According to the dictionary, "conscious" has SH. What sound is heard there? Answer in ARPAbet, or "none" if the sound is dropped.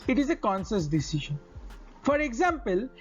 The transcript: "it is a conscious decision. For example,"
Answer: S